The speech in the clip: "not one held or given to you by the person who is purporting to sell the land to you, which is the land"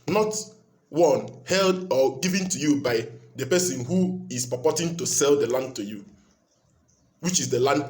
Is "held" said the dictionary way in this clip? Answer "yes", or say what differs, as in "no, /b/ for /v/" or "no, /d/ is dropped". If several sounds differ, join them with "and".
yes